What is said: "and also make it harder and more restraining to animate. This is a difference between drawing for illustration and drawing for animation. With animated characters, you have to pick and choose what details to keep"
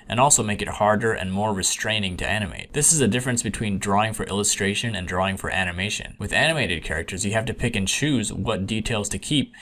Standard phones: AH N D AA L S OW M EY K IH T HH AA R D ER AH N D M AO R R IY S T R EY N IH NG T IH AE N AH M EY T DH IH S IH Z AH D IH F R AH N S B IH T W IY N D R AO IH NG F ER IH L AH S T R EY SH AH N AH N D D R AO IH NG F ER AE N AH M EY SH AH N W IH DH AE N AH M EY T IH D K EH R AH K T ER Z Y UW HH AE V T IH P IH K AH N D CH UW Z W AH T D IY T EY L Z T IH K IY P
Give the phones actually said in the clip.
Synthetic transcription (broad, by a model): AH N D AA L S OW M EY K IH T HH AA R D ER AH N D M AO R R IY S T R EY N IH NG T IH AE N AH M EY T DH IH S IH Z AH D IH F R AH N S B IH T W IY N D R AO IH NG F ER IH L AH S T R EY SH AH N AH N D D R AO IH NG F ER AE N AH M EY SH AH N W IH DH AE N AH M EY T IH D K EH R AH K T ER Z Y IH HH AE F T IH P IH K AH N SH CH UW Z W AH T D IY T EY L Z T IH K IY P